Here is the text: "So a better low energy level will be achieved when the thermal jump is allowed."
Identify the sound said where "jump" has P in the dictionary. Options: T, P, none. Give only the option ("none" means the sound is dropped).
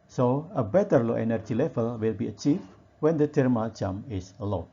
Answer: none